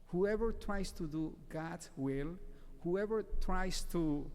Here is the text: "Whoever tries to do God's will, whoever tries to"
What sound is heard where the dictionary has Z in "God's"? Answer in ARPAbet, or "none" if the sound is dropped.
none